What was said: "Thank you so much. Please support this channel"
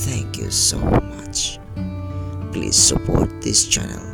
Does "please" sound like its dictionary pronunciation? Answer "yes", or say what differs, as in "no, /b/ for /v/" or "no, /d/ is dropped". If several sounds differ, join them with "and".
yes